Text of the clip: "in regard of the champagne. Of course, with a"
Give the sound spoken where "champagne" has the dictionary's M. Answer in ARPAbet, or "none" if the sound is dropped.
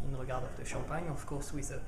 none